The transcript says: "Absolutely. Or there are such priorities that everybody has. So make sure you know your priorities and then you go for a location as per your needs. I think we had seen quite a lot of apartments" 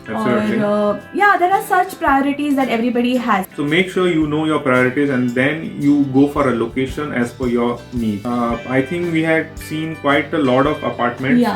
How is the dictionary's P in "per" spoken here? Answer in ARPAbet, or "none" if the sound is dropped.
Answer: F